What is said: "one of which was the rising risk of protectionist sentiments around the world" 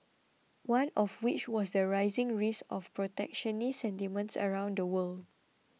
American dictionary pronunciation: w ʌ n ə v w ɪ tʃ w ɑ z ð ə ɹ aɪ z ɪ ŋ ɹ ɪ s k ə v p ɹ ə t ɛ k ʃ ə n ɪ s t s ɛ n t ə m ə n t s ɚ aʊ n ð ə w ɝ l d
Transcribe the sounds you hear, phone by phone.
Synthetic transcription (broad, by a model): w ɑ n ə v w ɪ tʃ w ɑ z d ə ɹ aɪ z ɪ ŋ ɹ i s ə f p ɹ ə t ɛ k ʃ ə n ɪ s s ɛ n t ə m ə n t s ɚ aʊ n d ə w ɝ l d